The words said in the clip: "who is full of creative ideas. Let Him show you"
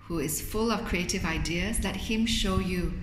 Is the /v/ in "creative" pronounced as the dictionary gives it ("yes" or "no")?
yes